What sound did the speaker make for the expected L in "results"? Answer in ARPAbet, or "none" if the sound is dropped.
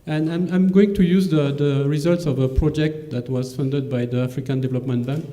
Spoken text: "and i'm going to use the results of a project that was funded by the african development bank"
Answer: L